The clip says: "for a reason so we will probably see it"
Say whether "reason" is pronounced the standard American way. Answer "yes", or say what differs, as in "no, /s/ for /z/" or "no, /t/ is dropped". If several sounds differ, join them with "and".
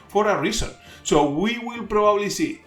no, /s/ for /z/